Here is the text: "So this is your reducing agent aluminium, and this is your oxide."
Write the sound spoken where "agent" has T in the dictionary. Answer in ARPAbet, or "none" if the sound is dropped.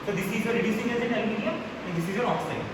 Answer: none